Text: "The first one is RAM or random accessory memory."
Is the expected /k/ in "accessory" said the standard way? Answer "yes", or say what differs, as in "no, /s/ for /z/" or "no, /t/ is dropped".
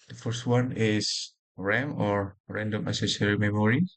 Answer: no, /k/ is dropped